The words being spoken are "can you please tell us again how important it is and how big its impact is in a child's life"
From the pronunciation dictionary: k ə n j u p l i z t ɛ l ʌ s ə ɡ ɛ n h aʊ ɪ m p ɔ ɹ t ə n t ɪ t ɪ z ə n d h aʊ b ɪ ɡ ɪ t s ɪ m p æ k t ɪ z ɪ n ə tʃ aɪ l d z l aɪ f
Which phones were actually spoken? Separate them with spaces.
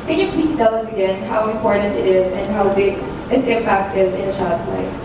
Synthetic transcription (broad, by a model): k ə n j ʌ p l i s t ɛ l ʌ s ə ɡ ɛ n h aʊ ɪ m p ɔ ɹ t n t ɪ t ɪ z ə n h aʊ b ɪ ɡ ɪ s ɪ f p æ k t ɪ z ɪ n ə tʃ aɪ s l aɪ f